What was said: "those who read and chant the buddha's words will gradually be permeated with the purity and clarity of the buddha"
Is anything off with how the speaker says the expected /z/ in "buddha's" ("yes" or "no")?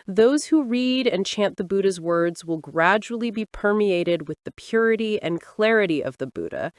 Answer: no